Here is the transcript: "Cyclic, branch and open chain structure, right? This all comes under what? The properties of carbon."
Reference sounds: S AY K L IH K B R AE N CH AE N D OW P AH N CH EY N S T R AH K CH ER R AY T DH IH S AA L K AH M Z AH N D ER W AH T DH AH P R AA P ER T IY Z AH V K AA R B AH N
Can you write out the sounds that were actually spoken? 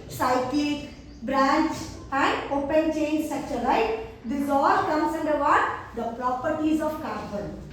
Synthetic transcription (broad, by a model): S AY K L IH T B R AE N CH AE N D OW P AH N CH EY N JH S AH CH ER L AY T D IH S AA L K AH M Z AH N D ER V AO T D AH P R AA P ER T IY Z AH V K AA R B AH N